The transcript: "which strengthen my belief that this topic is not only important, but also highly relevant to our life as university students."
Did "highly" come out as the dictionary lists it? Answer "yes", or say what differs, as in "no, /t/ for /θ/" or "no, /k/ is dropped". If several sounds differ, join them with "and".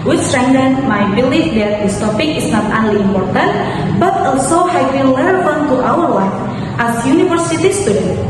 no, /w/ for /l/